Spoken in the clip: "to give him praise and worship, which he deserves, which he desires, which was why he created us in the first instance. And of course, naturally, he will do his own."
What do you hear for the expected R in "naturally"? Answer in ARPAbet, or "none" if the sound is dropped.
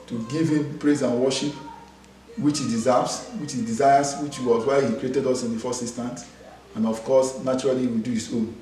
none